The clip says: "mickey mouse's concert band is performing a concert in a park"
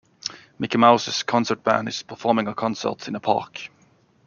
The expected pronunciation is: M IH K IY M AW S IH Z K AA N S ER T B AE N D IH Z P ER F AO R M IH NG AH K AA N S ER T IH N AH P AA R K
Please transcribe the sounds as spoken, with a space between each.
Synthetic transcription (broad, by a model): M IH K IY M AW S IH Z K AA N S ER T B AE N IH Z P ER F AO R M IH NG AH K AA N S ER T IH N AH P AA R K